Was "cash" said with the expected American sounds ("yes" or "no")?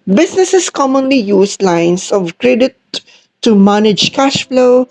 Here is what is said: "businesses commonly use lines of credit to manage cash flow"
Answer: yes